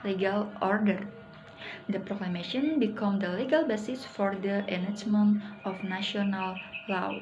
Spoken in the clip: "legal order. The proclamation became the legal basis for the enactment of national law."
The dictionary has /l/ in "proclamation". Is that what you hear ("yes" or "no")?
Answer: yes